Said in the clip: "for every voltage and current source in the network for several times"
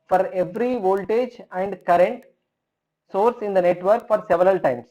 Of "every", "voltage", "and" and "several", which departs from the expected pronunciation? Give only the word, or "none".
none